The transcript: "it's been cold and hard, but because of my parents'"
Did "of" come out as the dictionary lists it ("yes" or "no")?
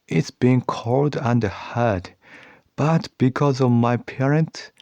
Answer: yes